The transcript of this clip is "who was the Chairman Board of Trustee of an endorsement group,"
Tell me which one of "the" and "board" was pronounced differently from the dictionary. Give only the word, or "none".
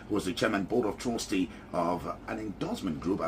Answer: board